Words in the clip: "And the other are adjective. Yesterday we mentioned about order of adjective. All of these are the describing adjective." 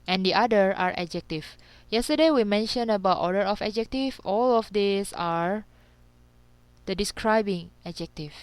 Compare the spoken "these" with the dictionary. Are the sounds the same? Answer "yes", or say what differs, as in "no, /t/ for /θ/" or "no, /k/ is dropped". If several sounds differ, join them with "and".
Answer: no, /s/ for /z/